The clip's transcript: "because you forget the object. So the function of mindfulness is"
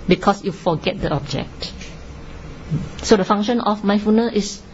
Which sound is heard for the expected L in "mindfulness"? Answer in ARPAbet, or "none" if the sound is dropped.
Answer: none